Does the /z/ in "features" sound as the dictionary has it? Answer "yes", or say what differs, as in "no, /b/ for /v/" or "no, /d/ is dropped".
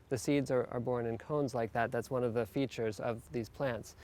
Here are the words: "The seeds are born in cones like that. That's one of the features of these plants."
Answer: yes